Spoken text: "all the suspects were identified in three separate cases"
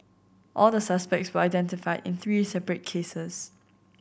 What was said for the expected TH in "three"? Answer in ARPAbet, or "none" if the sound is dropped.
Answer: TH